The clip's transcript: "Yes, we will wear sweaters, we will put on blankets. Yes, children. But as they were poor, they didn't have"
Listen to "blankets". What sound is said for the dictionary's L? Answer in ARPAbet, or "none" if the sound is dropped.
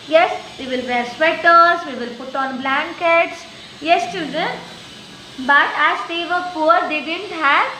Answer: L